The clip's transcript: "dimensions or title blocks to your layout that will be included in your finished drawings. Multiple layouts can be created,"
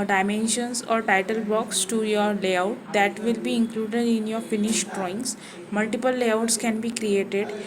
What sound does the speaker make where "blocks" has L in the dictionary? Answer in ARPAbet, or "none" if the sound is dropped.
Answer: none